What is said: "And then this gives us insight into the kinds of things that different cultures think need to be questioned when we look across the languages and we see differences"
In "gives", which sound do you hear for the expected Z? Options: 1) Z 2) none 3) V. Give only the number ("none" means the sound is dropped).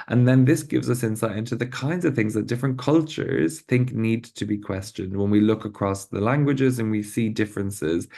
1